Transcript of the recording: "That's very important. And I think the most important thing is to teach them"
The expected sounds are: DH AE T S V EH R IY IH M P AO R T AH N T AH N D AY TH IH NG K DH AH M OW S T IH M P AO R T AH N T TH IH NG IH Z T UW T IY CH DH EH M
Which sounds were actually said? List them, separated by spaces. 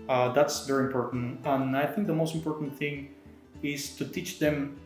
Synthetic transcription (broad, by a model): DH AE T S V EH R IY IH M P AO R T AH N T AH N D AY TH IH NG K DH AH M OW S T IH M P AO R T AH N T TH IH NG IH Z T UW T IY CH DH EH M